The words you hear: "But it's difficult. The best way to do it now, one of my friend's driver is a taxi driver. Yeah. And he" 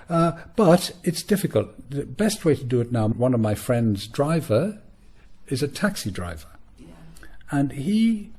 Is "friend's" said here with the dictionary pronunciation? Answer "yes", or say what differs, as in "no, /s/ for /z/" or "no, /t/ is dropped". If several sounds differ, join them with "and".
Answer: yes